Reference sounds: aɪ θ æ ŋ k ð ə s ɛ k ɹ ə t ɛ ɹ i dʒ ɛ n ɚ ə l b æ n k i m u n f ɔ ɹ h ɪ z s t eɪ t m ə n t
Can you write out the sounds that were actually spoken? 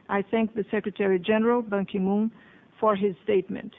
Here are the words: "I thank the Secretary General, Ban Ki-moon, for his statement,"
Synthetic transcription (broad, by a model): aɪ θ æ ŋ k ð ə s ɛ k ɹ ə t ɛ ɹ i dʒ ɛ n ɚ ə l b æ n k i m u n f ɔ ɹ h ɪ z s t eɪ t m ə n t